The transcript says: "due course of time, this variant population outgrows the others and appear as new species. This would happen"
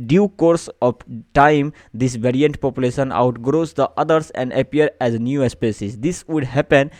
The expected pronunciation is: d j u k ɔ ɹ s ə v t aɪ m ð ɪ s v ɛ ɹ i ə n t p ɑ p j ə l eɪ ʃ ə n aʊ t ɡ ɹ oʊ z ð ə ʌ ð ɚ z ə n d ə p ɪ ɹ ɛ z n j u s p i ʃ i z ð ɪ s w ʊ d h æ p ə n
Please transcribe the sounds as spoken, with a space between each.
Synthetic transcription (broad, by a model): d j u k ɔ ɹ s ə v t aɪ m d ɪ s v ɛ ɹ i ə n t p ɑ p j ə l eɪ ʃ ə n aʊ t ɡ ɹ oʊ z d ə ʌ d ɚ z ə n d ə p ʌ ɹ ɛ z n j u s p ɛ s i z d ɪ s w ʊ d h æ p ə n